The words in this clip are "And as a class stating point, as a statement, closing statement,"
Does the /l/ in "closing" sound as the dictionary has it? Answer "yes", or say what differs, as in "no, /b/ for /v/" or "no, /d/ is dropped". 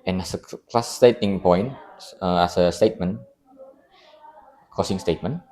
no, /l/ is dropped